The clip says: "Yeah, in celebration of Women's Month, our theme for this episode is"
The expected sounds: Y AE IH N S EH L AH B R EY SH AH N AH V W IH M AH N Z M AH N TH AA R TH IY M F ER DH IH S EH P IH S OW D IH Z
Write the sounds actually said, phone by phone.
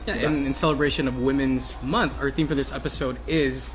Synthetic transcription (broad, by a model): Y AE IH N S EH L AH B R EY SH AH N AH V W IH M AH N Z M AH N TH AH R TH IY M F ER DH IH S EH P IH S OW D IH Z